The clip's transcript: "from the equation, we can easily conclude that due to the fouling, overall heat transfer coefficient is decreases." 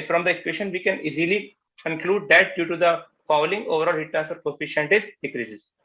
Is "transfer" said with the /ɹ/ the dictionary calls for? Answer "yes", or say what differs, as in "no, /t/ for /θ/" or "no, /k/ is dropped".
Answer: no, /ɹ/ is dropped